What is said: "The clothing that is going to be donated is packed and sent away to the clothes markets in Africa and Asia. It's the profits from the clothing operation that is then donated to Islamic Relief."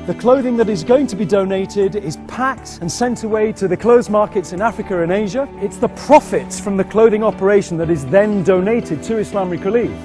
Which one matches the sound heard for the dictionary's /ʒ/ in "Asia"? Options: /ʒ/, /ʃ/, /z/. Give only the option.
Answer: /ʒ/